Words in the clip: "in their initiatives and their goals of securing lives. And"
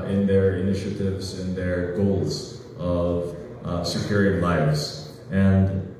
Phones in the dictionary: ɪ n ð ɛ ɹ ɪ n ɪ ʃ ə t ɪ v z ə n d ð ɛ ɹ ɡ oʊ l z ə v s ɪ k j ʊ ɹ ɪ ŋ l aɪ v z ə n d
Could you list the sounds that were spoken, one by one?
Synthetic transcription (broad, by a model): ɪ n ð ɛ ɹ ɪ n ɪ ʃ ə t ɪ v z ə n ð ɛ ɹ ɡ oʊ l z ə v s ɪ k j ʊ ɹ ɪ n l aɪ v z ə n d